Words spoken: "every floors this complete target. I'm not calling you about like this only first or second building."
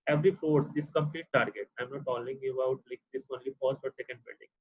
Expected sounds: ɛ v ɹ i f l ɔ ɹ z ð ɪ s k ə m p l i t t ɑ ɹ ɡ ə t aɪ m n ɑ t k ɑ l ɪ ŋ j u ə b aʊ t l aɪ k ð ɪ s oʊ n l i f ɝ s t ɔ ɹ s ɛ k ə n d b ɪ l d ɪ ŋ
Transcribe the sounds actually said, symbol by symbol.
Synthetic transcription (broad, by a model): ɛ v ɹ i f ɔ ɹ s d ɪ s k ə m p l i t t ɑ ɹ ɡ ə t aɪ m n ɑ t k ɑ l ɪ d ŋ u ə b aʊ t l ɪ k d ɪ s oʊ n l i f ɝ s t ɔ ɹ s ɛ k ə n d b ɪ l d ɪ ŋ